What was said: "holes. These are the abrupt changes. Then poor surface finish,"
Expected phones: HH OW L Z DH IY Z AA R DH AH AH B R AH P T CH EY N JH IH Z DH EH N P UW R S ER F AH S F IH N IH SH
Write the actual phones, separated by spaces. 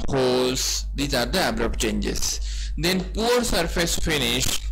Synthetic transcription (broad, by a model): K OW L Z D IY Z AA R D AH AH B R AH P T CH EY N JH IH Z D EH N P UW R S ER F AH S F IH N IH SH